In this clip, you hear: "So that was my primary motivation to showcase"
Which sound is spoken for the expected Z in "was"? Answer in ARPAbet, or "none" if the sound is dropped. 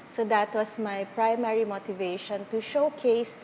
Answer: S